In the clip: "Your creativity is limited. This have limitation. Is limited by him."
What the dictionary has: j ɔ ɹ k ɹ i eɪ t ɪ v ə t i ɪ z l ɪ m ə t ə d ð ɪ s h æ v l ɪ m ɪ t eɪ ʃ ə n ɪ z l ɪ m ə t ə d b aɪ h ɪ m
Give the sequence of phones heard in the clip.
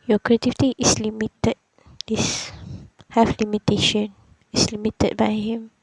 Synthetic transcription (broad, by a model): j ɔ k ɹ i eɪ t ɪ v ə t i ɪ s l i m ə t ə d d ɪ s h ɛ f l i m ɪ t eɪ ʃ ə n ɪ s l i m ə t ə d b aɪ h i m